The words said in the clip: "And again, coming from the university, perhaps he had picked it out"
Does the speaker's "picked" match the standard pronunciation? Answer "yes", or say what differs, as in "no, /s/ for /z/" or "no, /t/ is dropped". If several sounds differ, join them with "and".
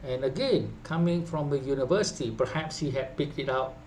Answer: yes